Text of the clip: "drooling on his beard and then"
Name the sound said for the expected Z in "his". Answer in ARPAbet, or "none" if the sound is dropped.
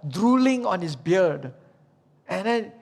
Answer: S